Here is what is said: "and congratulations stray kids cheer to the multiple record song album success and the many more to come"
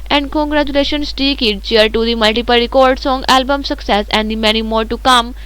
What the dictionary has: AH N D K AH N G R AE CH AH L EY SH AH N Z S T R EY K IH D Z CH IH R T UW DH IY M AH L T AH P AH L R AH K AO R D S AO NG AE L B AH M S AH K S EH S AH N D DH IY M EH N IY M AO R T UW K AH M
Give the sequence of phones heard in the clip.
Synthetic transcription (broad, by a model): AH N D K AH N G R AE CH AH L EY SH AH N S T EY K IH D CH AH R T UW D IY M AH L T AH P AH L R AH K AO R D S AO NG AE L B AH M S AH K S EH S AH N D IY M EH N IY M AO R T UW K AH M